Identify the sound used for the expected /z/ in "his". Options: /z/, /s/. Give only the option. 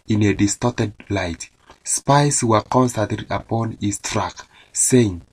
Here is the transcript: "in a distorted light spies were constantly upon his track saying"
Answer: /s/